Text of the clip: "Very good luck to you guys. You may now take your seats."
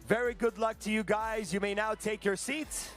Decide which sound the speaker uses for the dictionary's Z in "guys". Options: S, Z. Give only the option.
Z